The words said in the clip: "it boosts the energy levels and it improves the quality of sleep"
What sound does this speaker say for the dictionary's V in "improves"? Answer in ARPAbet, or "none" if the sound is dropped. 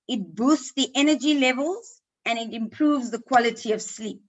V